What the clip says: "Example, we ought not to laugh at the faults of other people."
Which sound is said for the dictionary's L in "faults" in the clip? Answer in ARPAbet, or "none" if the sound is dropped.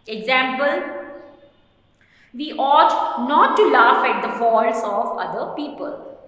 none